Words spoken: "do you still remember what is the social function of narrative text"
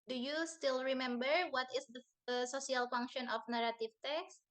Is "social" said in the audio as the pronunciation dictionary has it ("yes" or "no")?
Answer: no